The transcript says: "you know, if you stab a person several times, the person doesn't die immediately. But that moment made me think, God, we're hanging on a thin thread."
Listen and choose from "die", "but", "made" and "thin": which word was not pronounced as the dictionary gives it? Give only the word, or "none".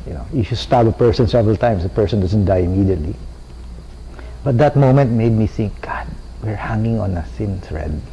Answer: thin